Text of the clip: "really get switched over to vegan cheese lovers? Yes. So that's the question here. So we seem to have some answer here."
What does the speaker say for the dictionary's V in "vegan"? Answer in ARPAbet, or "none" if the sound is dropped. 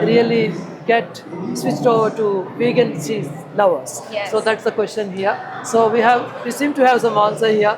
B